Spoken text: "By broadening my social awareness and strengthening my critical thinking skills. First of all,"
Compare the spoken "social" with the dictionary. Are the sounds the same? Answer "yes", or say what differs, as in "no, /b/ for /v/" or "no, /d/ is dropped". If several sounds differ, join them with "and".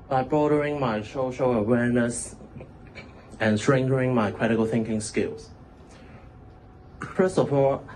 no, /ʃ/ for /s/